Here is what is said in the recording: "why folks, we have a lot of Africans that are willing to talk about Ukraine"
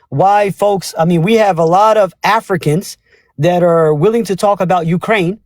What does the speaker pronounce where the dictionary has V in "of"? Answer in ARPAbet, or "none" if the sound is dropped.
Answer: V